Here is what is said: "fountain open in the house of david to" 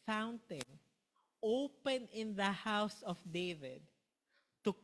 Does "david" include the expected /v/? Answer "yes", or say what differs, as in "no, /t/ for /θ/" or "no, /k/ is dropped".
yes